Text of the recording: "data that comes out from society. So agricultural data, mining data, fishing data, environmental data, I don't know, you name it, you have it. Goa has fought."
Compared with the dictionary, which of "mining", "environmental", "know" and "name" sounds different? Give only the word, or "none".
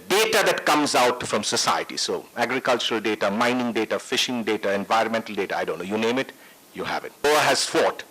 none